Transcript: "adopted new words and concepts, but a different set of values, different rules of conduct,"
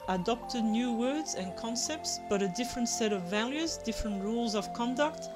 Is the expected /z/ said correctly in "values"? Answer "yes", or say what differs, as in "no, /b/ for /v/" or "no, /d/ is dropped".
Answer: yes